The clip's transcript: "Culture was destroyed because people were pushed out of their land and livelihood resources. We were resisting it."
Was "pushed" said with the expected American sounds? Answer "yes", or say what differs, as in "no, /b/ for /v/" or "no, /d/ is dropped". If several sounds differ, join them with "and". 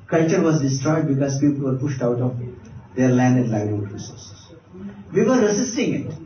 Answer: yes